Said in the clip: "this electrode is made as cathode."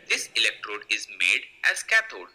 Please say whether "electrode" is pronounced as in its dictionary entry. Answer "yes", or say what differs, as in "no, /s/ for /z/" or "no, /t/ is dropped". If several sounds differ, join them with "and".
yes